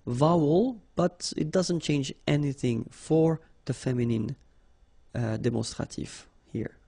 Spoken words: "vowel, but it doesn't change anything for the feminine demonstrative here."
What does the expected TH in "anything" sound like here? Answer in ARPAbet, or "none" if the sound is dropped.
TH